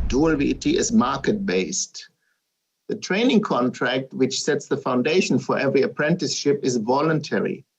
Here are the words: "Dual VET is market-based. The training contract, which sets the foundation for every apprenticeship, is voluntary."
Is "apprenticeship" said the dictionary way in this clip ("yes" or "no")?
yes